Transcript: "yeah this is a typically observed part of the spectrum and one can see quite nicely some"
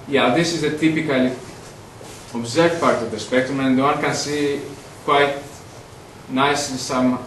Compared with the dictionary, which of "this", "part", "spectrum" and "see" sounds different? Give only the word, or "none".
spectrum